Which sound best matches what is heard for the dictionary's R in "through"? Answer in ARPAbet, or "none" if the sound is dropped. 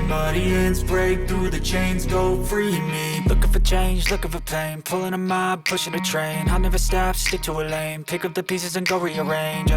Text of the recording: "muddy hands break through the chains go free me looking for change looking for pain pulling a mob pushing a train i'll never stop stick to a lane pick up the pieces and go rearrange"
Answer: R